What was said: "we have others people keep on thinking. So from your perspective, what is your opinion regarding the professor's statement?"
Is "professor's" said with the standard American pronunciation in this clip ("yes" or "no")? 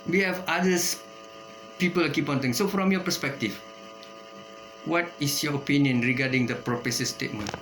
no